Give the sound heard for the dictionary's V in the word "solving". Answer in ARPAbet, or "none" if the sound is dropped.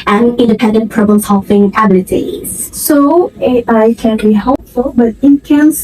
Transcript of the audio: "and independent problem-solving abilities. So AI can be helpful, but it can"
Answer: F